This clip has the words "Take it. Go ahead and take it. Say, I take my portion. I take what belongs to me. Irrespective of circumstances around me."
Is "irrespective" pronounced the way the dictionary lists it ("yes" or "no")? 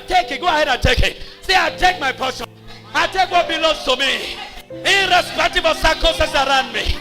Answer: no